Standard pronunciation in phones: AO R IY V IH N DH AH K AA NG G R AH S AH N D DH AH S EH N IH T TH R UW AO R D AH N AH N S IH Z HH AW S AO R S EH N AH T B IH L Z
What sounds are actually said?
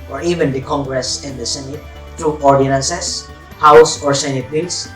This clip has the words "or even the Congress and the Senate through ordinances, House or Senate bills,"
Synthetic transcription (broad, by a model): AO R IY V IH N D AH K AA NG G R AH S AH N D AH S EH N IH T T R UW AO R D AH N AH N S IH S HH AW S AO R S EH N AH T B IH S